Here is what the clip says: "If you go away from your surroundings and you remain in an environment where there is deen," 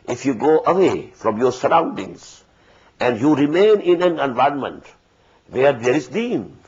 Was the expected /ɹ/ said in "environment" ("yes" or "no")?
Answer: no